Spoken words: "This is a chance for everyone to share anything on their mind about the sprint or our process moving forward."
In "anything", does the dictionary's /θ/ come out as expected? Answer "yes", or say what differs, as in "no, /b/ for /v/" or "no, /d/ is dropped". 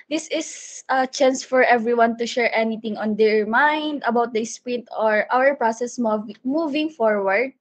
no, /t/ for /θ/